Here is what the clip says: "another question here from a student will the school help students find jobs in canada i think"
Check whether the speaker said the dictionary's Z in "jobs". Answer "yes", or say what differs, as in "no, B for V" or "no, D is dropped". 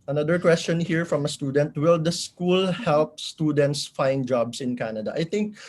no, S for Z